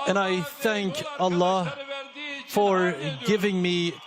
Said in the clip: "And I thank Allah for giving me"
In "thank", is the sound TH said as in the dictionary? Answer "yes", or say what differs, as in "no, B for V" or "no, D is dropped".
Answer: yes